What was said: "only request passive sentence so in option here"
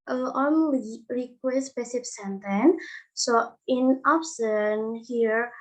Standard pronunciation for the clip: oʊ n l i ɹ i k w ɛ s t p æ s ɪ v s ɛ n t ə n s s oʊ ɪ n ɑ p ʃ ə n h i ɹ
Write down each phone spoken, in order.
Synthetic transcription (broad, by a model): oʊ n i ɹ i k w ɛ s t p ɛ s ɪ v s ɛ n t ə n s s oʊ ɪ n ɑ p s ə n h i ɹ